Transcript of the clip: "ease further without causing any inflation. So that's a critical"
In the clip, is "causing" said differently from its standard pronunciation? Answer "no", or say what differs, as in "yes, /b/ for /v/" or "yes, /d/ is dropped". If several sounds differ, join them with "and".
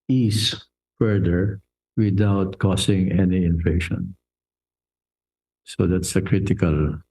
yes, /s/ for /z/